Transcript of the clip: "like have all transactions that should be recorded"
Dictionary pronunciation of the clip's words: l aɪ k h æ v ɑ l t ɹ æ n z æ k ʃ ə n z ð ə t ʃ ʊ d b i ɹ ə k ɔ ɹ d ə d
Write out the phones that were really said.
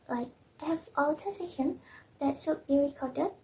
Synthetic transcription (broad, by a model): l aɪ k h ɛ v ɑ l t æ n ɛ ʃ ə n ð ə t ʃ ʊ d b i ɹ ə k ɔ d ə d